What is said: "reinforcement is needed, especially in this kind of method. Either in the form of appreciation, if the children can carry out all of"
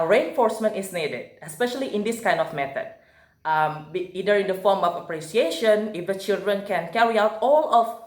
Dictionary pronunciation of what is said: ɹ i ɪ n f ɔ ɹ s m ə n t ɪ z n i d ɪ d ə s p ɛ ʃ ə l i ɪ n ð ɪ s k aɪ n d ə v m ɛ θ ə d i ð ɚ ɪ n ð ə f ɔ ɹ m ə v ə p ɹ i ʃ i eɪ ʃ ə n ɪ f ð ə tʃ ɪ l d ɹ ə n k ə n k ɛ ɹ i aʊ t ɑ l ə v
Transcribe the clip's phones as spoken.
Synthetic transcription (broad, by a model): ɹ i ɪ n f ɔ ɹ s m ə n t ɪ s n i d ɪ d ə s p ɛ ʃ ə l i ɪ n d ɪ s k aɪ n d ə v m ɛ t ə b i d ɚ ɪ n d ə f ɔ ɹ m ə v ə p ɹ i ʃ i eɪ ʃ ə n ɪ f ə tʃ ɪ l d ɹ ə n k ə n k ɛ ɹ i aʊ t ɑ l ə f